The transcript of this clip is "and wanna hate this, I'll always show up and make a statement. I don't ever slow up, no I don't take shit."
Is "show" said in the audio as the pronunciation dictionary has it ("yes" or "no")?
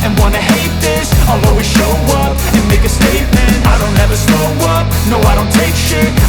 yes